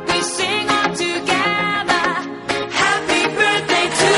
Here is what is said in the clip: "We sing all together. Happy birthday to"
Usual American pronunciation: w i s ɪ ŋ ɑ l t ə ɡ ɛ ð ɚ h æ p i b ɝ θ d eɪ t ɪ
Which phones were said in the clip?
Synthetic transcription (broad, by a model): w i s ɪ ŋ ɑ n t ə ɡ ɛ ð ɚ h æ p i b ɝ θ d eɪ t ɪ